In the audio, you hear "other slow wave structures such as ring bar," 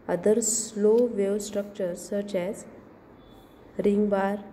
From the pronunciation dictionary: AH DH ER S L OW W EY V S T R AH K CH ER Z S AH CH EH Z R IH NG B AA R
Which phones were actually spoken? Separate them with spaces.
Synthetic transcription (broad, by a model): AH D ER S L OW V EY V S T R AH K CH ER S AH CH EH Z R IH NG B AA R